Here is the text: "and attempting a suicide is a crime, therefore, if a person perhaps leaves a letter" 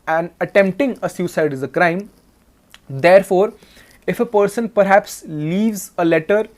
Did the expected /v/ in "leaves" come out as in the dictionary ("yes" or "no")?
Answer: yes